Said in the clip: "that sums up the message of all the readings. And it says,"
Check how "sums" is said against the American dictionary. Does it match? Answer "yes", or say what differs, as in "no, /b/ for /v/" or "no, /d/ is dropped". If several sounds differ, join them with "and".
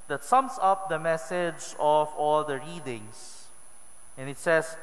no, /s/ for /z/